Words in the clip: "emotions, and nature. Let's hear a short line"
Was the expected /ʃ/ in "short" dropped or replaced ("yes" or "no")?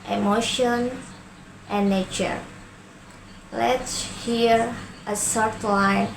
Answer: yes